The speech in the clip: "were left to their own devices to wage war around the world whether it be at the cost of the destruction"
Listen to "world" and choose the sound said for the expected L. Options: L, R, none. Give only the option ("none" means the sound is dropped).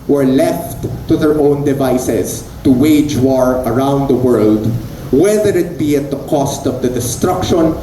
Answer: L